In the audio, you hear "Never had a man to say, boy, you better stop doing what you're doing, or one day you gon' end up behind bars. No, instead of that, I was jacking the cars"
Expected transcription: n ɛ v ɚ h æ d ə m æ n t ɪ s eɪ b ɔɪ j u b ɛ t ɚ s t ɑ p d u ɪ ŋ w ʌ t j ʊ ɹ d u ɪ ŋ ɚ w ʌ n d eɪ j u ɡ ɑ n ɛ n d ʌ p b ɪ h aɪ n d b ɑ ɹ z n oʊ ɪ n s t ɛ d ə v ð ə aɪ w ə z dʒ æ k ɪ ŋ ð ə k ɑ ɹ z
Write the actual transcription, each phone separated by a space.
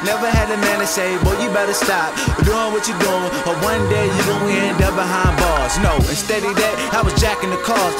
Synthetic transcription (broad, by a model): n ɛ v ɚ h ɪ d ə m æ n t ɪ s eɪ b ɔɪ j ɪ b ɛ t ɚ s t ɑ p d u ɪ ŋ w ʌ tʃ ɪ d u ɪ ŋ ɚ w ʌ n d eɪ j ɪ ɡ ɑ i ɛ n d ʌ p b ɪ h aɪ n b ɑ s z n oʊ ɪ n s t ɛ d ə ð ə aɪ w ə z dʒ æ k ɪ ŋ ð ə k ɑ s